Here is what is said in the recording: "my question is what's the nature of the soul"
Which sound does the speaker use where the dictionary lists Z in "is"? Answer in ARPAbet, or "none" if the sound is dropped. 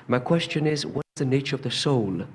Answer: Z